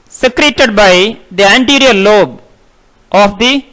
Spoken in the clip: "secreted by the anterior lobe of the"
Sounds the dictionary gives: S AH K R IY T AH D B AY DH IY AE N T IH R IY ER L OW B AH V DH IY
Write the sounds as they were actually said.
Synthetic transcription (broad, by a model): S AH K R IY T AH D B AY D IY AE N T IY R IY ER L OW B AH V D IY